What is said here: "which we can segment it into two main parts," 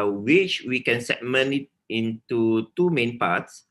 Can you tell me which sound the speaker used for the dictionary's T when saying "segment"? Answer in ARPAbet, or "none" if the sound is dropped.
none